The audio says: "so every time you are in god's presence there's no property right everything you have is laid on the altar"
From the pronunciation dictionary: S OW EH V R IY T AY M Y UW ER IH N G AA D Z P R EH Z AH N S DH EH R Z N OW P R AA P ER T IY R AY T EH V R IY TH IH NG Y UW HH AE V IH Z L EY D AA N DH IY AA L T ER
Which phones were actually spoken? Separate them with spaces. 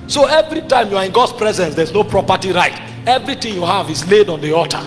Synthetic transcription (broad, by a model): S OW EH V R IY T AY M Y UW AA IH N G AA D S P R EH Z AH N S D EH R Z N OW P R AA P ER T IY R AY T EH V R IY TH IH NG Y UW HH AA V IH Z L EY D AA N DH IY AA T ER